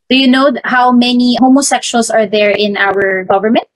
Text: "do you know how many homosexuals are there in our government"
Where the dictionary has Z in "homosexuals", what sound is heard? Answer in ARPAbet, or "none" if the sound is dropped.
S